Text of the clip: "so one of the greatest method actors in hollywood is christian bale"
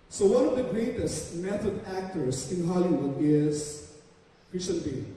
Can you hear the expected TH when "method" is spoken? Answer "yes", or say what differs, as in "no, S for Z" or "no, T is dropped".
no, T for TH